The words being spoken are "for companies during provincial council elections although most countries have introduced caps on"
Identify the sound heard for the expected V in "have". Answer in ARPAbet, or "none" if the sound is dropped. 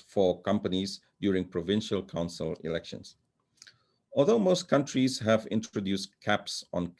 V